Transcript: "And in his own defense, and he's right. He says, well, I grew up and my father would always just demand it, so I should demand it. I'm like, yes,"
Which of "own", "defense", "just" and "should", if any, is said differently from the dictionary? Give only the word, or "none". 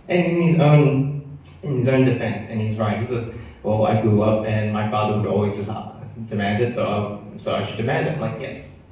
should